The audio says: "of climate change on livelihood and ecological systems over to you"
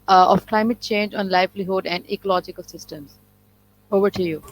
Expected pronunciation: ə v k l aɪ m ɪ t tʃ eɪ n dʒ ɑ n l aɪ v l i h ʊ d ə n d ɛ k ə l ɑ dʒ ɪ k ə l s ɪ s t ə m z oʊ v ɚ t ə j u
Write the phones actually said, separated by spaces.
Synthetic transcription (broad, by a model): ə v k l aɪ m ɪ t tʃ eɪ n dʒ ɑ n l aɪ v l i h ʊ d ə n d ɛ k ə l ɑ dʒ ɪ k ə l s ɪ s t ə m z oʊ v ɚ t ə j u